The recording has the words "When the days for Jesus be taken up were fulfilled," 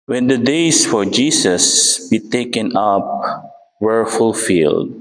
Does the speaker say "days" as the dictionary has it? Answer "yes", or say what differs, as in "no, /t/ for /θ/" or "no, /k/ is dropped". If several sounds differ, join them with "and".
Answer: no, /s/ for /z/